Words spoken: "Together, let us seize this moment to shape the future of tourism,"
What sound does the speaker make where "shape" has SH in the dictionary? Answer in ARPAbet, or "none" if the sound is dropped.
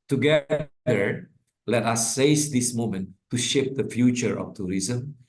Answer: SH